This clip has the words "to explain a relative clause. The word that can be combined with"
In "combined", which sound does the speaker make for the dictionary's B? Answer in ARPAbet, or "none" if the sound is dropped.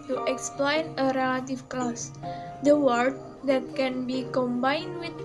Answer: B